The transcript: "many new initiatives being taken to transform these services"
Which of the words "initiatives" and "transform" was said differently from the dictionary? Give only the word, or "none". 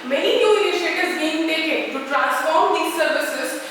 initiatives